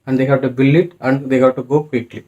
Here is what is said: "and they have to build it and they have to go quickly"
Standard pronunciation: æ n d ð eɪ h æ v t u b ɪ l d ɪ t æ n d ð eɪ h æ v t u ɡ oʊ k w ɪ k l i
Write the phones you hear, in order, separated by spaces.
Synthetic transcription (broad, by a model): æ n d eɪ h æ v t u b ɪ l ɪ t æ n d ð eɪ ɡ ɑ t u ɡ oʊ k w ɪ k l i